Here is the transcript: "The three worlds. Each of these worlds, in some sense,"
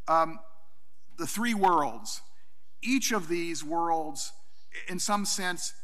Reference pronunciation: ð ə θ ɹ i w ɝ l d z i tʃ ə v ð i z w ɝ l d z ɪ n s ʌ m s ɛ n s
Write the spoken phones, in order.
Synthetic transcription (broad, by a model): ð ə θ ɹ i w ɝ l d z i tʃ ə v ð i z w ɝ l d z ɪ n s ʌ m s ɛ n s